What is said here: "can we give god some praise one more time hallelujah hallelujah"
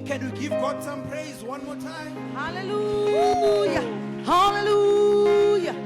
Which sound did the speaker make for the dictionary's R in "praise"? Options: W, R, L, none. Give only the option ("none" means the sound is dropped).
R